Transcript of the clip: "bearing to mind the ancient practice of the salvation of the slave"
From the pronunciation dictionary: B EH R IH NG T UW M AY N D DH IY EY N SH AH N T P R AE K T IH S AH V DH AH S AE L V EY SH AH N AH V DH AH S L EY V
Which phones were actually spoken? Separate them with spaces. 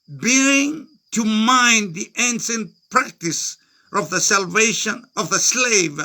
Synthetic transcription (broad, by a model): B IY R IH NG T UW M AY N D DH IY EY N S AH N P R AE K T IH S AH V DH AH S AE L V EY SH AH N AH V DH AH S L EY V